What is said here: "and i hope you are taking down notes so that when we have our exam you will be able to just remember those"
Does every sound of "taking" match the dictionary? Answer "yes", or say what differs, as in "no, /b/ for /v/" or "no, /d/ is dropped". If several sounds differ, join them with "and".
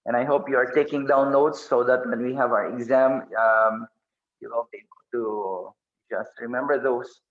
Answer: yes